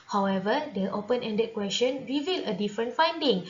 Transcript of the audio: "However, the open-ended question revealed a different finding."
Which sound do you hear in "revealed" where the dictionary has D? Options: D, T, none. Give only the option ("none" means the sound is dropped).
none